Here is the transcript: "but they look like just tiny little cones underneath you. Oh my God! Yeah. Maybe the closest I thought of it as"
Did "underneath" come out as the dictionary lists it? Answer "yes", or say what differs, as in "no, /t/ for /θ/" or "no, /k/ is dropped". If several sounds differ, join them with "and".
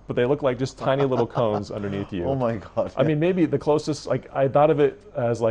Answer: yes